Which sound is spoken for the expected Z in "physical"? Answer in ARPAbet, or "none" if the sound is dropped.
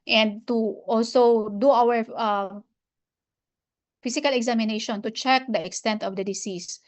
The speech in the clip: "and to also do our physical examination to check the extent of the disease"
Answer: S